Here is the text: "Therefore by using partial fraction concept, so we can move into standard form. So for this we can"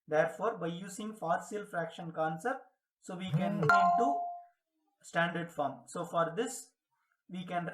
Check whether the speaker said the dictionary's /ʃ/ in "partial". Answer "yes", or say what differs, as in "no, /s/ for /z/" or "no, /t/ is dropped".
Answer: no, /s/ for /ʃ/